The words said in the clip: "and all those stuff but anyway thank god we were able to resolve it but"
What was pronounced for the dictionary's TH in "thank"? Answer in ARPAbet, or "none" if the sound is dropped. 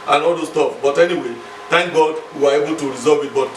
T